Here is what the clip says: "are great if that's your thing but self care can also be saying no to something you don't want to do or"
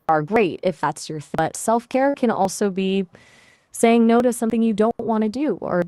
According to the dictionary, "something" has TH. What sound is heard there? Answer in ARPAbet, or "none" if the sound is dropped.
TH